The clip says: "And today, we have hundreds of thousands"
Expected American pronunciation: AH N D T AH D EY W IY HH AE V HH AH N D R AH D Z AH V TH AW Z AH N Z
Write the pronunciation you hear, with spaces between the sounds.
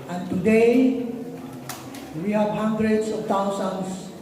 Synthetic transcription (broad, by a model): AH N T AH D EY W IY HH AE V HH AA N D R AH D S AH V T AW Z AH N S